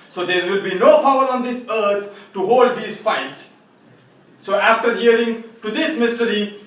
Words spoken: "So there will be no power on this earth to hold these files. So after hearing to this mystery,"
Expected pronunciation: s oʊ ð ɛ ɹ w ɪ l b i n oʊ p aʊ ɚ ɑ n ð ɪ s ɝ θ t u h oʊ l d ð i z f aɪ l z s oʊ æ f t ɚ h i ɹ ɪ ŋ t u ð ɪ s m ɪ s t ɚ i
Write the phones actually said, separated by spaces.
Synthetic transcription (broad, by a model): s oʊ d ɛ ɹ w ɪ l b i n oʊ p aʊ ɚ ɑ n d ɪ s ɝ t t u h oʊ l d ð i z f aɪ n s s oʊ æ f t ɚ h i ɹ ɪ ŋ t u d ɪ s m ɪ s t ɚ i